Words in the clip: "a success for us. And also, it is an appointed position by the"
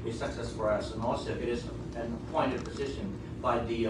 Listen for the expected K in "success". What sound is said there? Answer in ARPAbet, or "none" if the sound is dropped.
K